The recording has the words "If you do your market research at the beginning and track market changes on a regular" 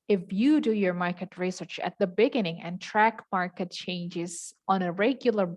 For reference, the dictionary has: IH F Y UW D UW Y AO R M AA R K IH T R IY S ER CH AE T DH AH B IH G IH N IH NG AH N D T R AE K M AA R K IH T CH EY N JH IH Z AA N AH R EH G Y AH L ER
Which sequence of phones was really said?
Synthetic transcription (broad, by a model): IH F Y UW D UW Y AO R M AA R K IH T R IY S ER CH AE T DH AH B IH G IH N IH NG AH N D T R AE K M AA R K IH T CH EY N JH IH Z AA N AH R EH G Y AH L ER